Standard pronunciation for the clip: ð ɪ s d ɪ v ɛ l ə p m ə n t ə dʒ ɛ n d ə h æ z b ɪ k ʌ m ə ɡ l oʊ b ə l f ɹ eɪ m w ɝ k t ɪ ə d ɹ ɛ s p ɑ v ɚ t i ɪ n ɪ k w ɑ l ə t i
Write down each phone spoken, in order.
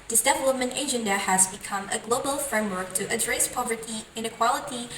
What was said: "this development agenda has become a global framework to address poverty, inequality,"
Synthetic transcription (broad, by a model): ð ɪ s d ɪ v ɛ l ə p m ə n t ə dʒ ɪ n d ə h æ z b ɪ k ʌ m ə ɡ l oʊ b ə l f ɹ eɪ m w ɝ k t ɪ ə d ɹ ɛ s p ɑ v ɚ t i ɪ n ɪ k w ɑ l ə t i